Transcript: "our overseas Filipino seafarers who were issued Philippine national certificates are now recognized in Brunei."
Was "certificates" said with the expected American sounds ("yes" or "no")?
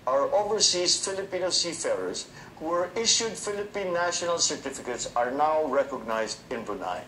yes